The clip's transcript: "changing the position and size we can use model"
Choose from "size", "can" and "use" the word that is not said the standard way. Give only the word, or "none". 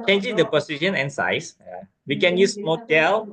size